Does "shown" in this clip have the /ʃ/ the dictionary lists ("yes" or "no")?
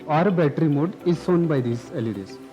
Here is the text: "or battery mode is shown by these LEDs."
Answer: no